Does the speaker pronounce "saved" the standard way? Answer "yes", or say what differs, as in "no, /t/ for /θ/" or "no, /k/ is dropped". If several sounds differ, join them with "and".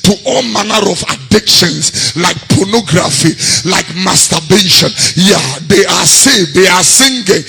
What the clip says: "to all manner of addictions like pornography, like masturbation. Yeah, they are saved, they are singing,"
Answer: no, /v/ is dropped